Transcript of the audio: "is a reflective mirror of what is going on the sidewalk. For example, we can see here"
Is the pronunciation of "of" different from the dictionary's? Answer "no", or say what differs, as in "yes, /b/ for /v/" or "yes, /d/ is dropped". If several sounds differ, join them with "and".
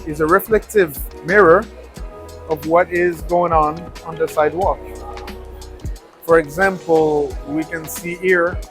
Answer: no